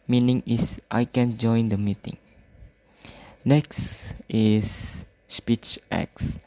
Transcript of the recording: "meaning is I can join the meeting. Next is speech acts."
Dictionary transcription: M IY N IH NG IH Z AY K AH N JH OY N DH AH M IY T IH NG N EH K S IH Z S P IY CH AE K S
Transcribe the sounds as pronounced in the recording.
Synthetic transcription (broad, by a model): M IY N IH NG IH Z AY K AH N JH OY N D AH M IY T IH NG N EH K S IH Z S P IY CH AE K S